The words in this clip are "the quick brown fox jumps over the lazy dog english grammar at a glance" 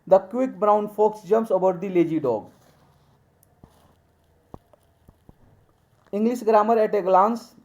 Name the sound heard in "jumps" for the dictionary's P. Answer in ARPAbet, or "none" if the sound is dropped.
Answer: none